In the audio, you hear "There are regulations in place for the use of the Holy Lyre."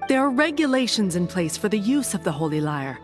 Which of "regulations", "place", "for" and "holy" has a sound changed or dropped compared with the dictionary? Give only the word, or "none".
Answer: none